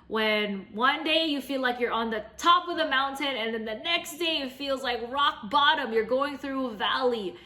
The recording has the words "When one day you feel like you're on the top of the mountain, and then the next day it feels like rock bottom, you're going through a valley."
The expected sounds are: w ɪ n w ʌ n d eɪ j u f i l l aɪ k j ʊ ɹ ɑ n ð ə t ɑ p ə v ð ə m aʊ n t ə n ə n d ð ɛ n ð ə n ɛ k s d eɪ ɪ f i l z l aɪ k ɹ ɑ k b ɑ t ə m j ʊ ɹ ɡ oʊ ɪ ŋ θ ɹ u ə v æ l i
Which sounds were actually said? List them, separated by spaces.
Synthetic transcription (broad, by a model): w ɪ n w ʌ n d eɪ j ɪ f i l l aɪ k j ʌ ɹ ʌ n ð ə t ɑ p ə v ð ə m aʊ n t ə n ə n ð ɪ n ð ə n ɛ k s d eɪ ɪ f i l z l aɪ k ɹ ɑ k b ɑ t ə m j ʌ ɹ ɡ oʊ ɪ ŋ θ ɹ u ə v æ l i